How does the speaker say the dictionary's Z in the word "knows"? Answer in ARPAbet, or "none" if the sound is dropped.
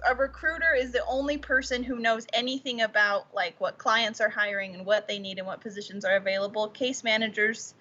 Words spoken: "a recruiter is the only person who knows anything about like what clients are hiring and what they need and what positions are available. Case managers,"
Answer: Z